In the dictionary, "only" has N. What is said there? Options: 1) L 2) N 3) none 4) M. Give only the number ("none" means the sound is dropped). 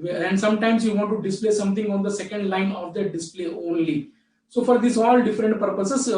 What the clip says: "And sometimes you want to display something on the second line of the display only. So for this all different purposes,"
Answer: 2